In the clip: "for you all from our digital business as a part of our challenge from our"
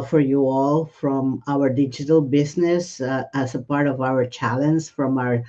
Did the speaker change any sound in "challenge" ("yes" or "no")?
yes